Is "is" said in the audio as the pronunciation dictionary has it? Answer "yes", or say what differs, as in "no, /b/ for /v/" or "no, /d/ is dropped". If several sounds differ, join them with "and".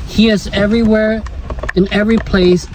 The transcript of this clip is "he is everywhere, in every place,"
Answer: yes